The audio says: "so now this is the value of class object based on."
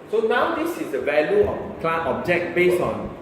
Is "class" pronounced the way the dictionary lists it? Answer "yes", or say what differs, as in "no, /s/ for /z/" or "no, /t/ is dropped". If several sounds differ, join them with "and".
no, /s/ is dropped